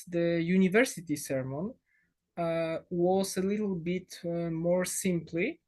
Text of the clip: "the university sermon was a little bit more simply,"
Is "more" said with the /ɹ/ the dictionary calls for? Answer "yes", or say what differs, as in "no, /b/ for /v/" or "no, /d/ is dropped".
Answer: yes